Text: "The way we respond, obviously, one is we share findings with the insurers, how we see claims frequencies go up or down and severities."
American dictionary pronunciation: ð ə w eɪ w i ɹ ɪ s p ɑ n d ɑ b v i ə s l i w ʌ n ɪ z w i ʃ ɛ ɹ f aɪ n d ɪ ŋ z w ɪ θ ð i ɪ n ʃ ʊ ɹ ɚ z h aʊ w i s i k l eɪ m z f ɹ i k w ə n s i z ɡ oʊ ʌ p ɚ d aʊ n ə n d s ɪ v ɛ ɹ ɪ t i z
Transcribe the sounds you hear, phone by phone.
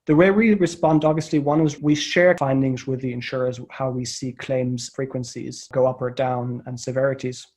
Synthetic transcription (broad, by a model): ð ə w eɪ w i ɹ ɪ s p ɑ n d ɑ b v i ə s l i w ʌ n ɪ z w i ʃ ɛ ɹ f aɪ n d ɪ ŋ z w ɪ ð i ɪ n ʃ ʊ ɹ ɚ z h aʊ w i s i k l eɪ m z f ɹ i k w ə n s i z ɡ oʊ ʌ p ɚ d aʊ n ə n s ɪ v ɛ ɹ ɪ t i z